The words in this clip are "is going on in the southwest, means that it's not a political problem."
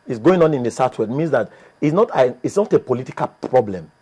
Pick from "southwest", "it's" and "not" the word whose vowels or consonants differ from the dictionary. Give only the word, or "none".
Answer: southwest